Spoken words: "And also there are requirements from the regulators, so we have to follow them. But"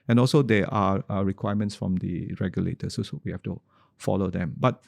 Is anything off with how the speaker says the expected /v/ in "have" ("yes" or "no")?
yes